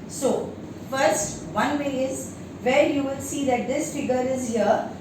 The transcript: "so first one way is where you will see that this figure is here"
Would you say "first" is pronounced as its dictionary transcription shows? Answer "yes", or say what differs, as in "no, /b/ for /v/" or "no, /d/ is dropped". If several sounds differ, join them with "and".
yes